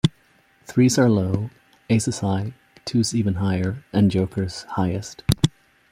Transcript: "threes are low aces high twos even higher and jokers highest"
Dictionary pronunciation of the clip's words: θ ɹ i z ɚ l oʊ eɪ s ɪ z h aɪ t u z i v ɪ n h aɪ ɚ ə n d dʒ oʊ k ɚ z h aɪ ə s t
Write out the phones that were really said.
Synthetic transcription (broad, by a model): θ ɹ i z ɚ l oʊ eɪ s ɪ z h aɪ t u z i v ɪ n h aɪ ɚ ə n dʒ oʊ k ɚ z h aɪ ə s t